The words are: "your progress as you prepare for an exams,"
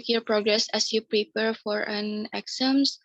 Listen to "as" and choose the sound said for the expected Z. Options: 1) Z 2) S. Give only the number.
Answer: 2